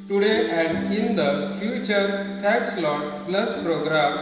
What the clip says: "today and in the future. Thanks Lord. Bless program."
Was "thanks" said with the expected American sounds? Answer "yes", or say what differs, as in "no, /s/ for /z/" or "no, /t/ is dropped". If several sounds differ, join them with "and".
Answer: no, /t/ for /θ/ and /ŋ/ is dropped